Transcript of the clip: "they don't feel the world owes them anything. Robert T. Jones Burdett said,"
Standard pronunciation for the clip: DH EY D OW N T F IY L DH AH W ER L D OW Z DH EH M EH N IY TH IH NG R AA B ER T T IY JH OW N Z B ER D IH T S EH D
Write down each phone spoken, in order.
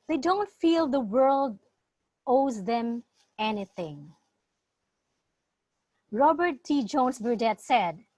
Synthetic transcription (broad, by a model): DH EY D OW N T F IY L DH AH W ER L D OW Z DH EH M EH N IY TH IH NG R AA B ER T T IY JH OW N S B ER D IH T S EH D